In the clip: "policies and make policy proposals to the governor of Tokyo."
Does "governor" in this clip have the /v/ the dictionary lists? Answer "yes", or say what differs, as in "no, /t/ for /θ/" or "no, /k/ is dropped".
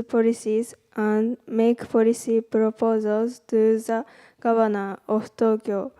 no, /b/ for /v/